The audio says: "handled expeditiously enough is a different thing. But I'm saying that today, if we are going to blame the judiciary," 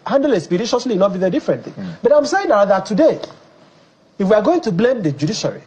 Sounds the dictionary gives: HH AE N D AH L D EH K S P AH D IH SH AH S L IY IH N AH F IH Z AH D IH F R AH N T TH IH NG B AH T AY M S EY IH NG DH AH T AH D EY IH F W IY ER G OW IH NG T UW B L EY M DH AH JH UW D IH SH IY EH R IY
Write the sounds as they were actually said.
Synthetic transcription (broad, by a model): HH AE N D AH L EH S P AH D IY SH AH S L IY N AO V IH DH AH D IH F R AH N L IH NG B AH T AY M S EY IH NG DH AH T AH D EY IH F W IY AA G OW IH NG T UW B L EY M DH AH JH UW D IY SH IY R IY